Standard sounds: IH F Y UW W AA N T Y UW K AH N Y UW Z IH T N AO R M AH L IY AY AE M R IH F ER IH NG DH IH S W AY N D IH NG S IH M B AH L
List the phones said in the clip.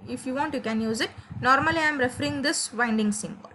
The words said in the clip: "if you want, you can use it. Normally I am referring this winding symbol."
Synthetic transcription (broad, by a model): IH F Y UW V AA N T Y UW K AH N Y UW Z IH T N AO R M AH L IY AY M R IH F ER IH NG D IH S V AY N D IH NG S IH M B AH L